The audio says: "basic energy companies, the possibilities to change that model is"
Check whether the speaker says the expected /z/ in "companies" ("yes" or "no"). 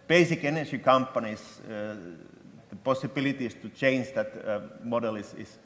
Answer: no